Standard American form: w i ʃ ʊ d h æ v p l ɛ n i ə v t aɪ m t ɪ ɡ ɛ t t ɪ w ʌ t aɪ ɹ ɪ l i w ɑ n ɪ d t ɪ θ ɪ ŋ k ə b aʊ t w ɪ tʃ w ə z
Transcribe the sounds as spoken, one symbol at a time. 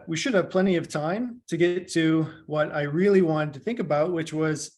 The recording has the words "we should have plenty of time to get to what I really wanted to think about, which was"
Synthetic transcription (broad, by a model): w i ʃ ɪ d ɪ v p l ɛ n i ə v t aɪ m t ɪ ɡ ɛ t t ɪ w ʌ t aɪ ɹ ɪ l i w ɑ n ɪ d t ɪ θ ɪ ŋ k ə b aʊ t w ɪ tʃ w ə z